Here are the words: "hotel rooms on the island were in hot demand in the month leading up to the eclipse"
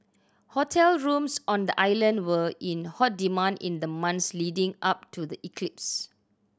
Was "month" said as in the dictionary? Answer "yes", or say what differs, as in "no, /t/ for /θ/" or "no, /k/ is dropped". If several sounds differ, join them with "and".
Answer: no, /s/ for /θ/